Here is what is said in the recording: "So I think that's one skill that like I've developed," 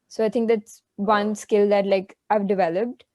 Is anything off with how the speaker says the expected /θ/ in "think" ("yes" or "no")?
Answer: yes